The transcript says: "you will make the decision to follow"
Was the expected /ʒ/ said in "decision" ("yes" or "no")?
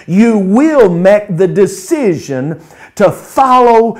yes